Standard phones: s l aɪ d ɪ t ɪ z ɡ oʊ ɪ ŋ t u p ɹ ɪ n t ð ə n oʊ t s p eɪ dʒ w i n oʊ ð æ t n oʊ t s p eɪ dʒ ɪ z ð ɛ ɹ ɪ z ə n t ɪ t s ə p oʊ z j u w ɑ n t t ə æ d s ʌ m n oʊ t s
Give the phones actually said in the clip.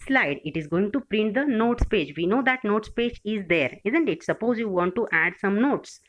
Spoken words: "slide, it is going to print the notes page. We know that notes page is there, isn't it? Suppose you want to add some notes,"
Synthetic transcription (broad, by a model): s l aɪ d ɪ t ɪ z ɡ oʊ ɪ ŋ t u p ɹ ɪ n t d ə n oʊ t s p eɪ dʒ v i n oʊ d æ t n oʊ t s p eɪ dʒ ɪ z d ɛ ɹ ɪ z ə n t ɪ t s ə p oʊ z j u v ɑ n t t æ d s ʌ m n oʊ t s